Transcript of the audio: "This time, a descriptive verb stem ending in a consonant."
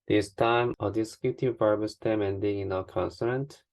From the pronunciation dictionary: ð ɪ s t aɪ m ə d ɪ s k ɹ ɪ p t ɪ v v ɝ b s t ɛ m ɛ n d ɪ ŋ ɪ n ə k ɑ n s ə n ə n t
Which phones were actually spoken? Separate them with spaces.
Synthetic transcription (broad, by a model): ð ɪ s t aɪ m ə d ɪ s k ɪ t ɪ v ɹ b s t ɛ m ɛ n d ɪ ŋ ɪ n ə k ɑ n s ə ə n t